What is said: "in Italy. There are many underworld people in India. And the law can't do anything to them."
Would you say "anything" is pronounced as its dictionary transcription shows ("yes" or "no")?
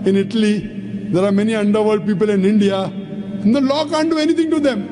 no